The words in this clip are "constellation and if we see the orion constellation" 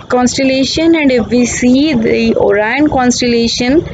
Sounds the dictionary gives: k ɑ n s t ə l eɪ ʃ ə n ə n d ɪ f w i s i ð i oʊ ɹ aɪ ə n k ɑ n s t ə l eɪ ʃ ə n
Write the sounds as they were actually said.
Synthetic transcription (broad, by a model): k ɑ n s t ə l eɪ ʃ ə n ə n d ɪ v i s i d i oʊ ɹ aɪ ə n k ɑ n s t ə l eɪ ʃ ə n